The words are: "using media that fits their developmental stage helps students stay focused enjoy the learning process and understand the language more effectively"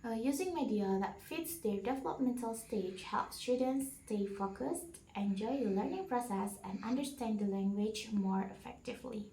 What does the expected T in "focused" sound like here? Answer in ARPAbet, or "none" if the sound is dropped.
T